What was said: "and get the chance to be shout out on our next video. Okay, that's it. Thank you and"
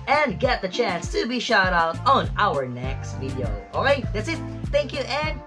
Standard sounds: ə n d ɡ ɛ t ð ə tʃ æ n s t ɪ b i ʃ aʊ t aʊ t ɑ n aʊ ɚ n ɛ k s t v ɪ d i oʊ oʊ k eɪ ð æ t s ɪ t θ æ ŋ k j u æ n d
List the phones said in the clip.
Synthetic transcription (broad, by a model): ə n ɡ ɛ t ð ə tʃ æ n s t ɪ b i ʃ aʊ t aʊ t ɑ n aʊ ɚ n ɛ k s t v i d i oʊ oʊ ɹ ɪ ð æ t s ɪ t θ æ ŋ k j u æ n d